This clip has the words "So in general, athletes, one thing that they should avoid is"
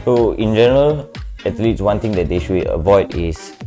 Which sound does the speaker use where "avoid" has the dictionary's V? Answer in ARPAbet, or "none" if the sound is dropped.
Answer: V